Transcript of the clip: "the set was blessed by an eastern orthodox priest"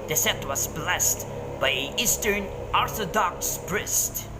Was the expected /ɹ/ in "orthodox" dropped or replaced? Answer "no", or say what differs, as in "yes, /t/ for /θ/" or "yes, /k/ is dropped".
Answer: no